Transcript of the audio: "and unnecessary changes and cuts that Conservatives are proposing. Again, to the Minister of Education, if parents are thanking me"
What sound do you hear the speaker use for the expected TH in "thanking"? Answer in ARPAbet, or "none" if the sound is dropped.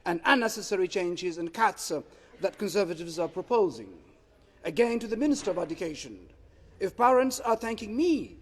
TH